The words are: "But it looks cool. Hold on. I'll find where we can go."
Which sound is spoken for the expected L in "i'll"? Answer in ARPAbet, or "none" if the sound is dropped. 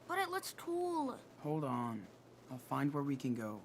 L